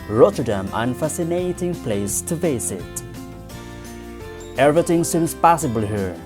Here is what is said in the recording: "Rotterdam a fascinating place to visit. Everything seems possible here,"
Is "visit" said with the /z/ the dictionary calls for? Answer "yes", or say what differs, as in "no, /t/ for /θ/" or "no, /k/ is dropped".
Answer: no, /s/ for /z/